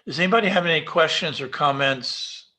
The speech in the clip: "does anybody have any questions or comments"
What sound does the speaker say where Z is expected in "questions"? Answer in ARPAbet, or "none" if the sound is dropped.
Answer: Z